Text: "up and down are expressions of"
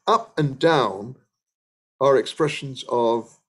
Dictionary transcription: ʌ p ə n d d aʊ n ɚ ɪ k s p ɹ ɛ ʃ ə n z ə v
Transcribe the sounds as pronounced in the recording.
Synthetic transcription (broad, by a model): ʌ p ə n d d aʊ n ɚ ɪ k s p ɹ ɛ ʃ ə n z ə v